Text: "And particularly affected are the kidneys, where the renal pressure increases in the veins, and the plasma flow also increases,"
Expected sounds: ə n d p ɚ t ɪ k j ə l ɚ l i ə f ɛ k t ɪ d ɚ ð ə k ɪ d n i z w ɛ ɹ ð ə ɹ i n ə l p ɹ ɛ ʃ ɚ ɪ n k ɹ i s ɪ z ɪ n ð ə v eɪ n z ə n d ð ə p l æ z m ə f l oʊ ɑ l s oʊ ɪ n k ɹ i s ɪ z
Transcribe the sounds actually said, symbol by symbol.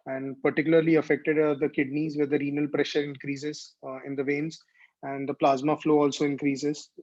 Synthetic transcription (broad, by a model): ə n d p ɚ t ɪ k j ə l ɚ l i ə f ɛ k t ɪ d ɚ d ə k ɪ d n i z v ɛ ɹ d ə ɹ i n ə l p ɹ ɛ ʃ ɚ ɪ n k ɹ i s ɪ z ɪ n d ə v eɪ n z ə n d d ə p l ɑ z m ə f l oʊ ɑ l s oʊ ɪ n k ɹ i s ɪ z